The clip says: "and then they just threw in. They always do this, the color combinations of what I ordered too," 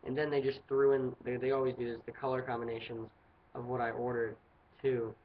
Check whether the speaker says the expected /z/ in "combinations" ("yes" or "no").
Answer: yes